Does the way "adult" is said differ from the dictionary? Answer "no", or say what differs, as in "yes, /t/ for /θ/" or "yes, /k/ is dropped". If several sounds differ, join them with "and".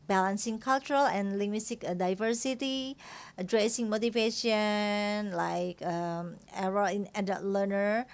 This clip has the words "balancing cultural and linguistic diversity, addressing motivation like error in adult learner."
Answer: yes, /l/ is dropped